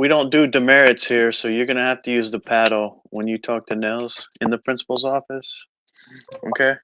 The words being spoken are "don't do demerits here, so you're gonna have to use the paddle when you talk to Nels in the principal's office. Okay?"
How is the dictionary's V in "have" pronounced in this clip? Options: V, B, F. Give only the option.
F